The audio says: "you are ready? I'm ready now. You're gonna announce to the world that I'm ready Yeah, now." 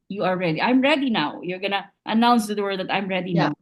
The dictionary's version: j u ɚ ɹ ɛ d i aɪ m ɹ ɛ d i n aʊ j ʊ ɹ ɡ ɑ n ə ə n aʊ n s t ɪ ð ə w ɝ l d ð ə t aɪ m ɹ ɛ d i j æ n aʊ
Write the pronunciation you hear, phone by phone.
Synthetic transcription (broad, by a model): j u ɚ ɹ ɛ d i aɪ m ɹ ɛ d i n aʊ j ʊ ɹ ɡ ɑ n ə ə n aʊ n s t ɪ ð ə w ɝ d ð ə t aɪ m ɹ ɛ d i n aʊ